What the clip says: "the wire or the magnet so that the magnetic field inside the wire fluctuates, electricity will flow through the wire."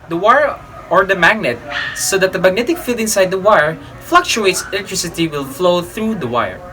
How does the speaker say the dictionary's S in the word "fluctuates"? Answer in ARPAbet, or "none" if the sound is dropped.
S